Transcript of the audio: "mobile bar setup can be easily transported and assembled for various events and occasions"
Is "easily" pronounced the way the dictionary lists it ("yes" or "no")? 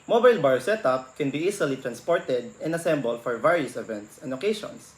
no